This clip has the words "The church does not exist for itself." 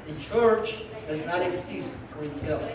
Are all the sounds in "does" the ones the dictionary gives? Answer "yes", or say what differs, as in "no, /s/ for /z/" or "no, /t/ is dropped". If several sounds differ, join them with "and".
yes